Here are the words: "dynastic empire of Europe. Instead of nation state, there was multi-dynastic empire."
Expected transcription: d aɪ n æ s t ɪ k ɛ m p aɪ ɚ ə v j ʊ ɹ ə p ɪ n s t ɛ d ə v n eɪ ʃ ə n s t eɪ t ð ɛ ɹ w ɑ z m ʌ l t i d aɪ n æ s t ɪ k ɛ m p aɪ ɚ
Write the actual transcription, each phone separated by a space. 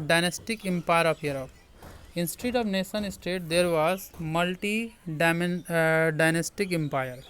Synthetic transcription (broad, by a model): d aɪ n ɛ s t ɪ k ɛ m p aɪ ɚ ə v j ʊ ɹ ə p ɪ n s t ɛ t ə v n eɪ s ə n s t eɪ t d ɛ ɹ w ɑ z m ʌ l t i d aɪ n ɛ s t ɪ k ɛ m p aɪ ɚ